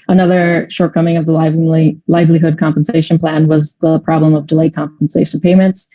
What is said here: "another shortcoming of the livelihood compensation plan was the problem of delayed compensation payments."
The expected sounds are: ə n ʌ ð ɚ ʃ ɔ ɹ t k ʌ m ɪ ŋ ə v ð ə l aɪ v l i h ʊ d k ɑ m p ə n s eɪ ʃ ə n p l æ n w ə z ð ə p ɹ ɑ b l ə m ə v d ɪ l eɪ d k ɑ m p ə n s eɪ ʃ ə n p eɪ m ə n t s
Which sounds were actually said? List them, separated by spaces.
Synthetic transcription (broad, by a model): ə n ʌ ð ɚ ʃ ɔ ɹ t k ʌ m ɪ ŋ ə v ð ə l aɪ v l i h ʊ d k ɑ m p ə n s eɪ ʃ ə n p l æ n w ə z ð ə p ɹ ɑ b l ə m ə v d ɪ l eɪ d k ɑ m p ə n s eɪ ʃ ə n p eɪ m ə n t s